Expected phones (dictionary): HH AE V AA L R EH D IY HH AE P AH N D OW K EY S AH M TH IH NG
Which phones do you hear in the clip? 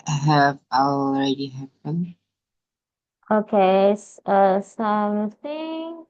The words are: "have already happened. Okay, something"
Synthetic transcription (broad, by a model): HH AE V AA L R EH D IY HH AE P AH N OW K EY S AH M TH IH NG